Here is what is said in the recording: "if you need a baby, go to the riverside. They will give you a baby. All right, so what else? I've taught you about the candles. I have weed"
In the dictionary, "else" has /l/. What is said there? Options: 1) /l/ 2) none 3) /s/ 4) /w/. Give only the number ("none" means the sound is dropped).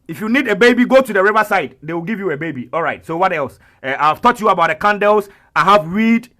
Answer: 1